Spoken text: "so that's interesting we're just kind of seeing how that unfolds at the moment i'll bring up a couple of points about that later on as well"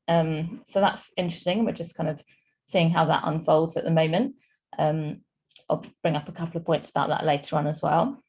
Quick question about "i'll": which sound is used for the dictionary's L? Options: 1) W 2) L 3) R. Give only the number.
2